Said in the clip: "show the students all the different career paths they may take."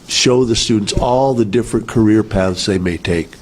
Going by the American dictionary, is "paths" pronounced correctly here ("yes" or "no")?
yes